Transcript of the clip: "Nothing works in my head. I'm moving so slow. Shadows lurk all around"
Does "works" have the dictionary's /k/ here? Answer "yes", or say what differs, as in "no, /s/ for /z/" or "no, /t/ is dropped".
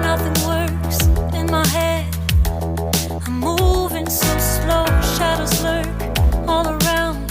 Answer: no, /k/ is dropped